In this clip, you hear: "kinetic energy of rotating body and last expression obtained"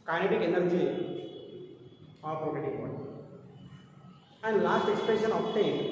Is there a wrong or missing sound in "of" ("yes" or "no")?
yes